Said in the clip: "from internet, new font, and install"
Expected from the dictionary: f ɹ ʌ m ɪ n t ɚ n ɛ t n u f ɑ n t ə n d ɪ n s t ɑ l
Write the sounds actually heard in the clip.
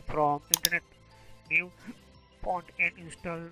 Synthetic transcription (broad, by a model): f ɹ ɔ m ɪ n t ɚ n ɛ t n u p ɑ n t ə n d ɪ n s t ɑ l